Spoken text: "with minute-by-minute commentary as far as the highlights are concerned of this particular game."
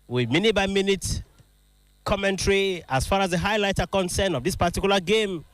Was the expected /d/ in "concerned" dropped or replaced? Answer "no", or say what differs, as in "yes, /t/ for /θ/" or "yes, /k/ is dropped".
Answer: yes, /d/ is dropped